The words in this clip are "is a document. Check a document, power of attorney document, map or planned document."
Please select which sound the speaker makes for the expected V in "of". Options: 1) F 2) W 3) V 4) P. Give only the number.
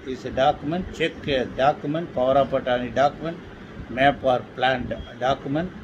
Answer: 4